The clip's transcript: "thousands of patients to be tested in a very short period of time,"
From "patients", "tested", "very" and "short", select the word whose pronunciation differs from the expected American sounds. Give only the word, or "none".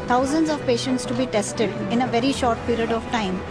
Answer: none